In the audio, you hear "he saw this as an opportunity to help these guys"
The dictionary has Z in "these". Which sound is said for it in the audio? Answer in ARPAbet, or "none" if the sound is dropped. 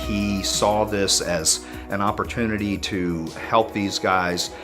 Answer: Z